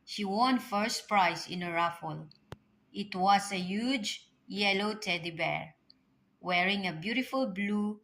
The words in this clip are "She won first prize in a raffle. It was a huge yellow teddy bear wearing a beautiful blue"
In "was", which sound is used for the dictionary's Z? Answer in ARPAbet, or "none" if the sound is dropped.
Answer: S